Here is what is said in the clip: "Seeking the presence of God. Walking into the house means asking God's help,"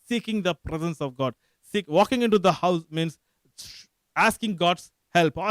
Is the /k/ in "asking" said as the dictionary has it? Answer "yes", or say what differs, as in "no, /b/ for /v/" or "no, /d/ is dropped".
yes